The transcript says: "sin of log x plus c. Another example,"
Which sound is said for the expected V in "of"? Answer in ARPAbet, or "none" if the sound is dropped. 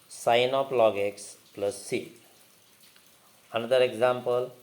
P